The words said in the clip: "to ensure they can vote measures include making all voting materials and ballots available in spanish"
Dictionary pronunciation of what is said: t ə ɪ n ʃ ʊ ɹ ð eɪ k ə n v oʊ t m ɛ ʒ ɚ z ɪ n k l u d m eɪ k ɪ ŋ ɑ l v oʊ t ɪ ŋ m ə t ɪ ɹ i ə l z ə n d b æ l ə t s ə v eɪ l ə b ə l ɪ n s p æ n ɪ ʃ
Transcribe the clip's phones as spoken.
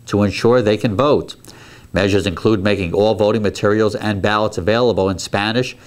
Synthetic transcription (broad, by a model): t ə ɪ n ʃ ʊ ɹ ð eɪ k ə n v oʊ t m ɛ ʒ ɚ z ɪ n k l u d m eɪ k ɪ ŋ ɑ l v oʊ t ɪ ŋ m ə t ɪ ɹ i l z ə n b æ l ə t s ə v eɪ l ə b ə l ɪ n s p æ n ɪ ʃ